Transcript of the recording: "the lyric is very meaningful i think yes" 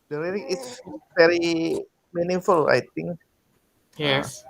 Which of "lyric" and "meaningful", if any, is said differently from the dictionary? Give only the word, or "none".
lyric